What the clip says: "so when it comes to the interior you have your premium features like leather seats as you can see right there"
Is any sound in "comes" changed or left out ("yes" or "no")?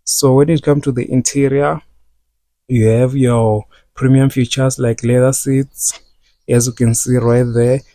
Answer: yes